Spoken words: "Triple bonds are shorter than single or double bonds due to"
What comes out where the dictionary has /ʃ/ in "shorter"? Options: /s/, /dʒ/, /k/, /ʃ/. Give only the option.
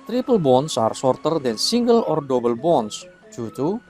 /s/